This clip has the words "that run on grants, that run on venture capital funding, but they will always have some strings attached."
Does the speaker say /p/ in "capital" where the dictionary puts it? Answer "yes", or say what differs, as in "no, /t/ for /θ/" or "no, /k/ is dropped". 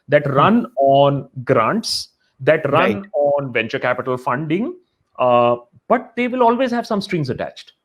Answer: yes